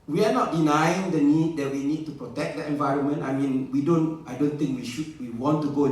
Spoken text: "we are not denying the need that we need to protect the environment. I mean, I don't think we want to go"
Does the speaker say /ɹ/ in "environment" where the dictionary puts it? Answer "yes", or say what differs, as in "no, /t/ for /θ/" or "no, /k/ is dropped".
yes